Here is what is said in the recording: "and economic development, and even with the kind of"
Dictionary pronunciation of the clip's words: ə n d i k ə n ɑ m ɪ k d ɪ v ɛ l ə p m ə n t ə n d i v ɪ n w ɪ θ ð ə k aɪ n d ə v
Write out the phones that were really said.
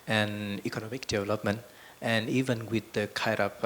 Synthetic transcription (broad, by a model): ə n i k ə n ɑ m ɪ k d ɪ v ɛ l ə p m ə n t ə n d i v ɪ n w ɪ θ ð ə k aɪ d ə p